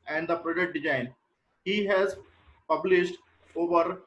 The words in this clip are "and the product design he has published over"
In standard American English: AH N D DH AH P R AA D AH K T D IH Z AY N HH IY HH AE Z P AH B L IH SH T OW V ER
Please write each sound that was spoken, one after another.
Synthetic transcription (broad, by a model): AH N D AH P R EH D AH T D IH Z AY N HH IY HH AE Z P AH B L IH SH T OW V ER